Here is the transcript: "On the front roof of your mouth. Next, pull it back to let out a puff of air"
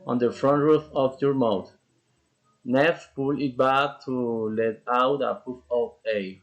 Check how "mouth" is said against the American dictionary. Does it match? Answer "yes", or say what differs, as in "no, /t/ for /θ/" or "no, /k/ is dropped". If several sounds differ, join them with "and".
no, /t/ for /θ/